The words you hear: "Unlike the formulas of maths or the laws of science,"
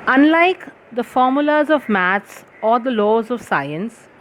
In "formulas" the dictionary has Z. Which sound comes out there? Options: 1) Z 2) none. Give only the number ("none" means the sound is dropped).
1